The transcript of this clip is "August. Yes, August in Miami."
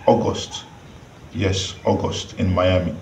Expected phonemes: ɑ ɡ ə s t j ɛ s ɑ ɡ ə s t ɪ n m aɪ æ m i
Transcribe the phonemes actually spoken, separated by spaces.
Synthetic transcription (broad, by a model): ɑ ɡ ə s t j ɛ s ɑ ɡ ə s t ɪ n m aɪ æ m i